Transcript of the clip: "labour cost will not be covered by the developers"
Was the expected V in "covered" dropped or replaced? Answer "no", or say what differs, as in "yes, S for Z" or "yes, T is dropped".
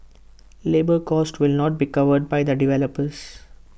no